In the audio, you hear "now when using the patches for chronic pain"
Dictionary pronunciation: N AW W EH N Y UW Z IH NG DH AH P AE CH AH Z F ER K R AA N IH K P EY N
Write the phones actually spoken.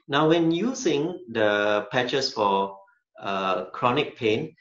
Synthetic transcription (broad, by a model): N AW W EH N Y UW S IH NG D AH P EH CH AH S F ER K R AA N IH K P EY N